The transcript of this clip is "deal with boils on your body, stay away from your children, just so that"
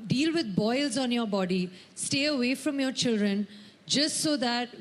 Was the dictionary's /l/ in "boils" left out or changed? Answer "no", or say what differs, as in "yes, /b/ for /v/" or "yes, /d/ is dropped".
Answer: no